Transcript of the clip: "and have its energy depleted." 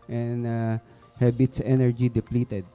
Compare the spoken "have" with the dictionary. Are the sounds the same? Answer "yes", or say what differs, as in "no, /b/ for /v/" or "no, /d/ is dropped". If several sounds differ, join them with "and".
no, /b/ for /v/